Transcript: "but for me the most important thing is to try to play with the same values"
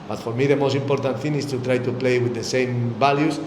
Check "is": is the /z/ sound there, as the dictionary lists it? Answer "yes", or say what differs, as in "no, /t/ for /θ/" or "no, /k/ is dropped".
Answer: no, /s/ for /z/